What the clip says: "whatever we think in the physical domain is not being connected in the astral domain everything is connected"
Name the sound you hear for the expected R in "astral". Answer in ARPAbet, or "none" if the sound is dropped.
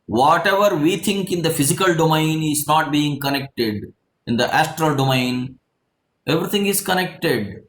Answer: R